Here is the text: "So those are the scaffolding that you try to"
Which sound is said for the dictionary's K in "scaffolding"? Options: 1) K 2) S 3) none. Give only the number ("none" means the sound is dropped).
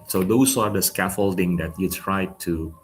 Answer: 1